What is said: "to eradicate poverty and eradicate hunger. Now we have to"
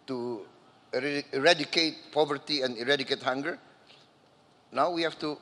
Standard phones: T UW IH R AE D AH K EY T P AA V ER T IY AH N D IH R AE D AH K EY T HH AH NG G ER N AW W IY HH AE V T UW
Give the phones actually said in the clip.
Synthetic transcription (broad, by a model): T UW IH R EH D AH K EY T P AA V ER T IY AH N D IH R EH D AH K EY T HH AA NG G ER N AW W IY HH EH F T UW